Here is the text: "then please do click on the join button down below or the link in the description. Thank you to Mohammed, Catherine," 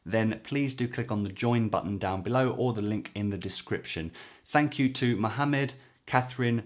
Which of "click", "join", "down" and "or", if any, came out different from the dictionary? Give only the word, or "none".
or